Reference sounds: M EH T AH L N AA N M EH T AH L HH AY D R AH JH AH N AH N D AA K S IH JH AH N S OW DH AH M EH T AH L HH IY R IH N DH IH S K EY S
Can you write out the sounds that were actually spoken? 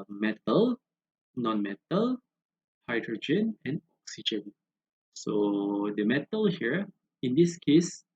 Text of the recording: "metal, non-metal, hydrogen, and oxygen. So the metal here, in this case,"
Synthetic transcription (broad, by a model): M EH T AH L N AA N M EH T AH L HH AY D R AH JH AH N AH N D AA K S IH JH AH N S OW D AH M EH T AH L HH IY R IH N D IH S K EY S